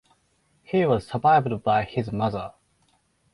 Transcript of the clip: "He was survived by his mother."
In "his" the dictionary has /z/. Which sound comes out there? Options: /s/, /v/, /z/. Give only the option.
/z/